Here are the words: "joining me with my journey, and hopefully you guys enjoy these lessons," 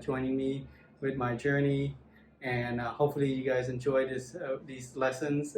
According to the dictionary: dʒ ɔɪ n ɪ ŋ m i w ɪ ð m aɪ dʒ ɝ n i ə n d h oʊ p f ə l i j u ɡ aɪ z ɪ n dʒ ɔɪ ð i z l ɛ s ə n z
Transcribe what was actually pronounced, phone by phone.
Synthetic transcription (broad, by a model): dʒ ɔɪ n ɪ ŋ m i w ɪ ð m aɪ dʒ ɝ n i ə n h oʊ p f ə l i j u ɡ aɪ z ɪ n dʒ ɔɪ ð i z l ɛ s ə n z